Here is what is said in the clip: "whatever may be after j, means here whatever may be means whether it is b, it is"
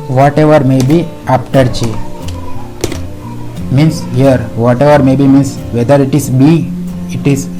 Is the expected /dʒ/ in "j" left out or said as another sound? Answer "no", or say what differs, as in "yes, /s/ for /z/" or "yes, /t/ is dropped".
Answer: yes, /tʃ/ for /dʒ/